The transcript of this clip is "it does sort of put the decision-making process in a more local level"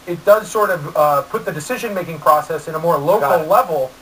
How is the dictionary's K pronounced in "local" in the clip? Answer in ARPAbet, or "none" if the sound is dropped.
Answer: none